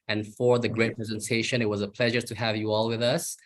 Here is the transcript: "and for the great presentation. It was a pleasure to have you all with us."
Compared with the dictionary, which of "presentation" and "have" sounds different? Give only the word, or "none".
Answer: none